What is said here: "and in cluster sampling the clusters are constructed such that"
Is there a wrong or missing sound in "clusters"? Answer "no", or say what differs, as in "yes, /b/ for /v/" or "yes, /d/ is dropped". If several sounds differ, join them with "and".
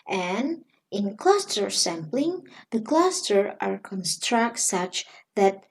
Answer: yes, /z/ is dropped